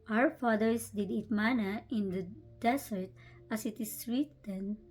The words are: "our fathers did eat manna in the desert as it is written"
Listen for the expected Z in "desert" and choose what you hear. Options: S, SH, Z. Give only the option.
S